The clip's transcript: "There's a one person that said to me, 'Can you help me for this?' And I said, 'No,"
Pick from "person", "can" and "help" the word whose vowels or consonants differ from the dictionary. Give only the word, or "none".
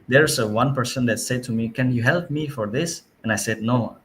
none